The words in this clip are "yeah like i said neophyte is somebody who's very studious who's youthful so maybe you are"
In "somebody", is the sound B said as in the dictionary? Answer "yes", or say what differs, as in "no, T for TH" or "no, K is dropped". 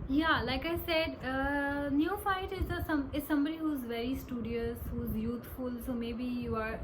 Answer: yes